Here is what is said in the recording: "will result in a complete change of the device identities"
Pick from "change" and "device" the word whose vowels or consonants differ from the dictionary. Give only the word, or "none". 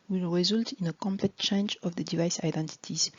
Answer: none